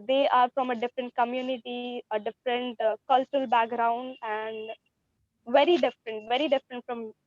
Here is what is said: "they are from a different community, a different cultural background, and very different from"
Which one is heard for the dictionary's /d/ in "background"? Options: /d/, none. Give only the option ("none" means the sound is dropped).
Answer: /d/